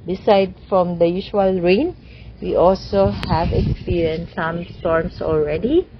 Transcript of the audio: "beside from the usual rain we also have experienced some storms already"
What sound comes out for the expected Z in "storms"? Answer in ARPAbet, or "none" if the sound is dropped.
S